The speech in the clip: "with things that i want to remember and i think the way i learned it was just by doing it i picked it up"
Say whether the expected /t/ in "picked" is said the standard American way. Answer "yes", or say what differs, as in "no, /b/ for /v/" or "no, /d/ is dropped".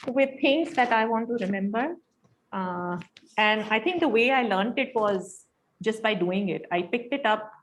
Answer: yes